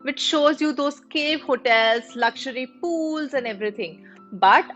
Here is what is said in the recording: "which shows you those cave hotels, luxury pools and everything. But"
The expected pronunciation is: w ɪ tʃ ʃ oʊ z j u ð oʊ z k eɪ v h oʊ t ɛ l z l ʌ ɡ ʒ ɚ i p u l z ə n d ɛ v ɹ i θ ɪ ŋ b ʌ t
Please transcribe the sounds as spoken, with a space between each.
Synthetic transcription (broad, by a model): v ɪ tʃ ʃ oʊ z j u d oʊ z k eɪ v h oʊ t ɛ l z l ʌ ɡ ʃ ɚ i p u l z ə n d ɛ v ɹ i t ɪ ŋ b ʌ t